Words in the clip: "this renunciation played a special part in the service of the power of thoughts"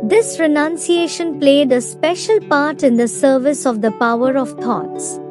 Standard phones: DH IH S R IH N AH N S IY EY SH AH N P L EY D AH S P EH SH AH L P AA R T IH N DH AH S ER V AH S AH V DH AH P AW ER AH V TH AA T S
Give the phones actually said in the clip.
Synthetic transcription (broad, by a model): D IH S R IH N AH N S IY EY SH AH N P L EY D AH S P EH SH AH L P AA R T IH N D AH S ER V AH S AH V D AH P AW ER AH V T AA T S